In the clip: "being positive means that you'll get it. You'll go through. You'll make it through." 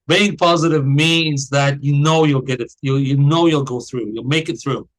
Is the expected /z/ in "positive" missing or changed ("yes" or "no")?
no